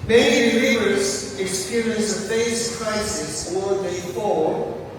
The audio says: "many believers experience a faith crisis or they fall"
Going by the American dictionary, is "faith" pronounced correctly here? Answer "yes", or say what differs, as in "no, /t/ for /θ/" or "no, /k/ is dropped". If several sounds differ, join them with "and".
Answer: no, /s/ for /θ/